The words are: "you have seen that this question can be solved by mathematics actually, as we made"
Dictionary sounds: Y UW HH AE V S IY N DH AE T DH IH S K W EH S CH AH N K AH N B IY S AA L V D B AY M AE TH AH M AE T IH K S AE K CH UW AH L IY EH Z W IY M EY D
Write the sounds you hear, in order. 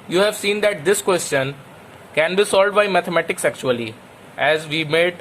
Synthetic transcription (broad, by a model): Y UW HH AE V S IY N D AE T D IH S K W EH S CH AH N K AH N B IY S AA L D B AY M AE T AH M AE T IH K S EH K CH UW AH L IY EH Z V IY M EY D